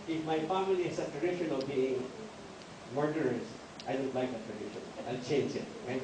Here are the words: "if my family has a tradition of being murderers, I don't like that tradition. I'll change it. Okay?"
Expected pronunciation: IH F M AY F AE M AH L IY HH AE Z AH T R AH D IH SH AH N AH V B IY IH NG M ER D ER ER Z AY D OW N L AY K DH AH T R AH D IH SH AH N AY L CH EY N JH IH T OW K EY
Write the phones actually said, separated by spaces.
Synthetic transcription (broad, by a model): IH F M AY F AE M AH L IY HH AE S AH T R AH D IH SH AH N AH V B IY IH NG M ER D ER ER S AY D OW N L AY K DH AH T R AH D IH SH AH N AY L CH EY N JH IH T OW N